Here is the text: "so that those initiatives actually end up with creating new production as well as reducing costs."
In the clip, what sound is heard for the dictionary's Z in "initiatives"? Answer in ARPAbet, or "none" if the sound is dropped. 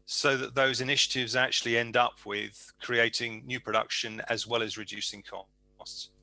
Z